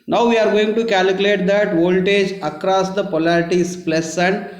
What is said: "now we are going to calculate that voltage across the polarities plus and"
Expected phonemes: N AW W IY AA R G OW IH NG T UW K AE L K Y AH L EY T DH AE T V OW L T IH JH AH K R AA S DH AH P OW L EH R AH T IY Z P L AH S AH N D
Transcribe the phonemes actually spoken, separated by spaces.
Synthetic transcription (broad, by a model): N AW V IY AA R G OW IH NG T UW K AE L K Y AH L EY T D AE T V OW L T IH JH AH K R AA S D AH P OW L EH R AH T IY S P L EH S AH N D